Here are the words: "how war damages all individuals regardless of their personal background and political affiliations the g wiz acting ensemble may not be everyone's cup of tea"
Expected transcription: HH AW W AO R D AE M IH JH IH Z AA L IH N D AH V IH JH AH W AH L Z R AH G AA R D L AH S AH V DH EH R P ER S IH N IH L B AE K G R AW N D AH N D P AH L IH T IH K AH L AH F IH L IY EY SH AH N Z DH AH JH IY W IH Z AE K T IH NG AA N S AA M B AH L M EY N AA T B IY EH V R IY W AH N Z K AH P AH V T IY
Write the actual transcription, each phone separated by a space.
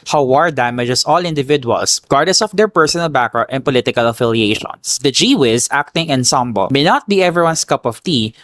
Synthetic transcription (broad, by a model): HH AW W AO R D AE M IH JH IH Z AA L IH N D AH V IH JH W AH L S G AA R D AH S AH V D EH R P ER S IH N IH L B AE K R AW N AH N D P AH L IH T IH K AH L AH F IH L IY EY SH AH N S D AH JH IY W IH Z AE K T IH NG AA N S AA M B AH L M EY N AA T B IY EH V R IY W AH N S K AH P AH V T IY